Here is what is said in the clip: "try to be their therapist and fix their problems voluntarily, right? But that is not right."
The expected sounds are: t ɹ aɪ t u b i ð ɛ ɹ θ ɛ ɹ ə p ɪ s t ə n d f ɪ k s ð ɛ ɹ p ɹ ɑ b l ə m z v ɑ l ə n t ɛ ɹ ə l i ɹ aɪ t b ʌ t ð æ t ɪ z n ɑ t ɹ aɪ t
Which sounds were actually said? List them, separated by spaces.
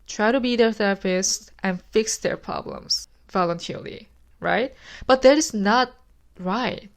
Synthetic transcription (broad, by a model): t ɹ aɪ t u b i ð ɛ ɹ s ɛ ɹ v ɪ s t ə n f ɪ k s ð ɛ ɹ p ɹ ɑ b l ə m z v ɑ l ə n t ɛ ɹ l i ɹ aɪ t b ʌ t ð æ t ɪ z n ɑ t ɹ aɪ t